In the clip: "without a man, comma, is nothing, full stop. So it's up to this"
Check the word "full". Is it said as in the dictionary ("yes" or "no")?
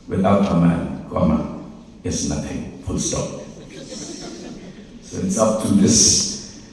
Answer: no